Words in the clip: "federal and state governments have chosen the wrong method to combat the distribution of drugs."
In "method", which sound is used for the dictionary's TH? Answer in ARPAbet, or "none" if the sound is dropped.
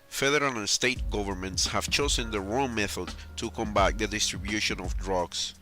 TH